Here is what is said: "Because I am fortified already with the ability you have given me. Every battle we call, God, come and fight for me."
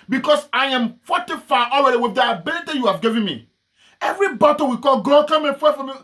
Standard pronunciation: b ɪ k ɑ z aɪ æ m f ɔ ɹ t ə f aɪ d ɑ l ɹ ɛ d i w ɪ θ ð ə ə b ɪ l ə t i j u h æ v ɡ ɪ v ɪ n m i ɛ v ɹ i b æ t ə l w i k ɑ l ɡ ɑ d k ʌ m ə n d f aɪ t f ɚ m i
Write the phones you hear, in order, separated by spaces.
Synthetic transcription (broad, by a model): b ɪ k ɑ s aɪ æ m f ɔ t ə f aɪ ɑ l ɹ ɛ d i w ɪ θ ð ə ə b ɪ l ə t i j u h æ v ɡ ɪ v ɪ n m i ɛ v ɹ i b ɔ t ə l w i k ɑ l ɡ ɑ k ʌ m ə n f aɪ f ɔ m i